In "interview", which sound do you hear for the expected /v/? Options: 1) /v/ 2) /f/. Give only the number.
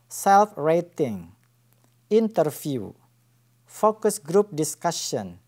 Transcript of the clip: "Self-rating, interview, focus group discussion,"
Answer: 2